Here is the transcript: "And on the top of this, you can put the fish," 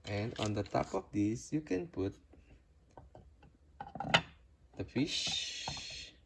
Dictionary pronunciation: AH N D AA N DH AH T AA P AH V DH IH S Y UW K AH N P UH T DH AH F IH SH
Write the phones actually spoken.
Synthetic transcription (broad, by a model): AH N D AA N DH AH T AA P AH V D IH S Y UW K AH N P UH T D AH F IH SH